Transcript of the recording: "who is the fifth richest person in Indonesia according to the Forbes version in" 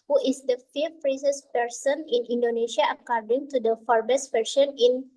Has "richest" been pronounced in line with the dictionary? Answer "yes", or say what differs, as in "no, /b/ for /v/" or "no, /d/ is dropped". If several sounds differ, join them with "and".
no, /s/ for /tʃ/